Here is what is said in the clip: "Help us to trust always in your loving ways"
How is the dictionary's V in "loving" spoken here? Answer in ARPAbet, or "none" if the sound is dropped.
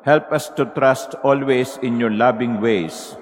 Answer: B